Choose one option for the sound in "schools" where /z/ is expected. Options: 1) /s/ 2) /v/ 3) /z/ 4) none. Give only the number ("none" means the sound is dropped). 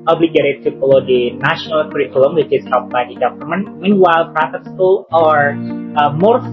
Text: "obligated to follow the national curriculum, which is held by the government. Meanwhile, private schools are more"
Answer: 4